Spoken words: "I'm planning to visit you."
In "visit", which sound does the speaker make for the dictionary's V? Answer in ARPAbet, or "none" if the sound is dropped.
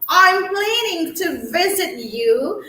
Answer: V